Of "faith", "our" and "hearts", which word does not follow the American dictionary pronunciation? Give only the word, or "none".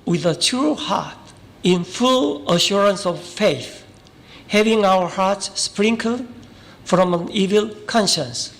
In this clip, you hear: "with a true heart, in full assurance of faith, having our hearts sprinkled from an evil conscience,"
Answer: none